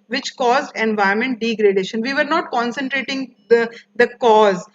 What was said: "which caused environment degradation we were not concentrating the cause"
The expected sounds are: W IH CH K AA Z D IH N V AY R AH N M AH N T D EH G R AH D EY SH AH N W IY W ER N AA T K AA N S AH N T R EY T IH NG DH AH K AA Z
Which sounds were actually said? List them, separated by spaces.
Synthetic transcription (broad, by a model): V IH CH K AA Z D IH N V AY AH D M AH N T D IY G R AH D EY SH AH N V IY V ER N AA T K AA N S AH N T R EY T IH NG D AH K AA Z